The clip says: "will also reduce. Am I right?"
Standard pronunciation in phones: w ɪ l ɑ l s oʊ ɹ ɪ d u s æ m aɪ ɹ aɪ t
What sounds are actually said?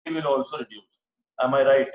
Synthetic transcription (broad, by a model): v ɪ l ɑ l s oʊ ɹ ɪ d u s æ m aɪ ɹ aɪ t